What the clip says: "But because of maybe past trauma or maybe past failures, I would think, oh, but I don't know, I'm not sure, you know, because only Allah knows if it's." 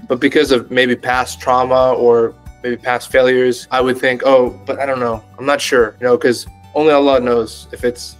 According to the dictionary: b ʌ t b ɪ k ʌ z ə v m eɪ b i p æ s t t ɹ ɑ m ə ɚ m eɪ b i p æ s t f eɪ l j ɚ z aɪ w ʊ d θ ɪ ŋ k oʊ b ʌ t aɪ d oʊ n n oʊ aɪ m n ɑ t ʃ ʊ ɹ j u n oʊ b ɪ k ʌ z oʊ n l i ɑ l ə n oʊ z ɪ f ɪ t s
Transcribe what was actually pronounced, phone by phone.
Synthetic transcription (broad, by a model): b ʌ t b ɪ k ʌ z ə v m eɪ b i p æ s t t ɹ ɑ m ə ɚ m eɪ b i p æ s t f eɪ l j ɚ z aɪ w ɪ d θ ɪ ŋ k oʊ b ʌ t aɪ d oʊ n n oʊ aɪ m n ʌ t ʃ ʊ ɹ j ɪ n oʊ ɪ k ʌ z oʊ n l i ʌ l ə n oʊ z ɪ f ɪ t s